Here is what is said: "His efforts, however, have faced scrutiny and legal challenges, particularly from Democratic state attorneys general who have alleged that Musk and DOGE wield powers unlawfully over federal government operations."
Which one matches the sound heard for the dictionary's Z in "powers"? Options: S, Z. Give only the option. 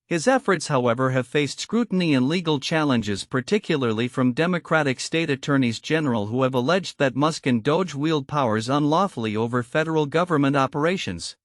Z